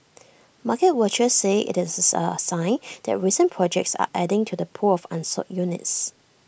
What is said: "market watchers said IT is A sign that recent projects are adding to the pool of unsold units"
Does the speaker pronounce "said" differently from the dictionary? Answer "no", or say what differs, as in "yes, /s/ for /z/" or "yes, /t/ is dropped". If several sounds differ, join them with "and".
yes, /d/ is dropped